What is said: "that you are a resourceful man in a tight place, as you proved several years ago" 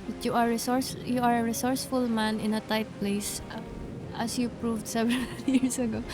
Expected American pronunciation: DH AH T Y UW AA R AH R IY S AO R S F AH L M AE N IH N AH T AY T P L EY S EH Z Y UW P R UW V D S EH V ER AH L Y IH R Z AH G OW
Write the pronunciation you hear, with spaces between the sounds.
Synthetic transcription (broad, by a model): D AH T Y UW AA R AH R IY S AO R S F AH L M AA N IH N AH T AY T P L EY S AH S Y UW P R UW V D S EH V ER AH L Y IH R S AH G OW